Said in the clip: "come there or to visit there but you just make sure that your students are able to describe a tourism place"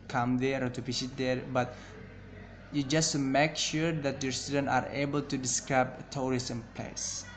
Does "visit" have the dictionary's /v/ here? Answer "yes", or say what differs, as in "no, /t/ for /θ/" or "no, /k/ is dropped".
no, /f/ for /v/